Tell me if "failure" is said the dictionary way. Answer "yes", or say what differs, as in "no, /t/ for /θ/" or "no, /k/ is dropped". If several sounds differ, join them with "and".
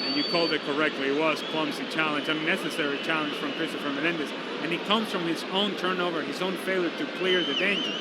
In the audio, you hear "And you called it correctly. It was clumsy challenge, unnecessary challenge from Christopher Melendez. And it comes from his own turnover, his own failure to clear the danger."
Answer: yes